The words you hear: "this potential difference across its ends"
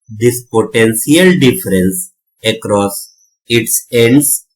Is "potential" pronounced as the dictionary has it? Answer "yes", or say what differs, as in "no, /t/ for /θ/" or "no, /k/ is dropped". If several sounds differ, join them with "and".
no, /s/ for /ʃ/